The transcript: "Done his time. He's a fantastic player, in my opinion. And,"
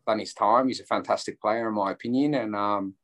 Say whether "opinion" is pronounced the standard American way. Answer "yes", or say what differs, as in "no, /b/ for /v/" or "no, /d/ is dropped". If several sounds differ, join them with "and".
yes